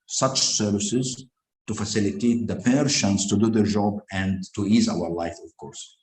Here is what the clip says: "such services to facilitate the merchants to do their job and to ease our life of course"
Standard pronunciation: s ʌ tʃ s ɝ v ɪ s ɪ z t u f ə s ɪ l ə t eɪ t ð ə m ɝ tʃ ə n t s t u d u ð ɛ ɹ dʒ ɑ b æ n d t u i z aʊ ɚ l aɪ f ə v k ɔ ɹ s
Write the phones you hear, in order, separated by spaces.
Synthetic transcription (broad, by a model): s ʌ tʃ s ɝ v ɪ s ɪ z t u f ə s ɪ l ə t eɪ t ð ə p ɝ ʃ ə n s t u d u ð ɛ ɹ dʒ ɑ b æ n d t u i z aʊ ɚ l aɪ f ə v k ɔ ɹ s